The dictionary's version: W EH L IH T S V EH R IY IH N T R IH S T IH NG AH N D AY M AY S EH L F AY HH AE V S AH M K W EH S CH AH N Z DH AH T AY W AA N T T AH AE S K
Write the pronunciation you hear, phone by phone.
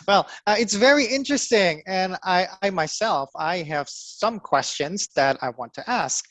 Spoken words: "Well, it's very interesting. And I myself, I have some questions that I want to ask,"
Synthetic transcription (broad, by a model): W EH L IH T S V EH R IY IH N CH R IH S T IH NG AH N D AY M AY S EH L F AY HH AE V S AH M K W EH S CH AH N Z DH AH T AY W AA N T T AE S K